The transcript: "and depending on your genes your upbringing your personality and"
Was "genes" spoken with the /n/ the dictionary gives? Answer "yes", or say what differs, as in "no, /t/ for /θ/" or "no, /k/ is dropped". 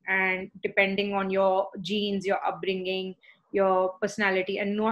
yes